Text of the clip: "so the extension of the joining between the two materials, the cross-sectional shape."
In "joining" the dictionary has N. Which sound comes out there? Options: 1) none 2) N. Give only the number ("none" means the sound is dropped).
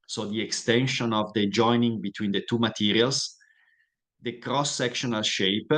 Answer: 2